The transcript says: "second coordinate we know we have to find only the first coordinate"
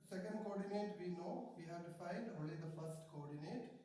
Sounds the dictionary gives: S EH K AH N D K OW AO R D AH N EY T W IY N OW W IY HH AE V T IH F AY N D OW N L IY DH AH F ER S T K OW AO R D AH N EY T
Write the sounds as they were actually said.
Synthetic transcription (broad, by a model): S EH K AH N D K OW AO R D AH N EY T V IY N OW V IY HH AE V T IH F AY D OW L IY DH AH F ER S T K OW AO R D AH N EY T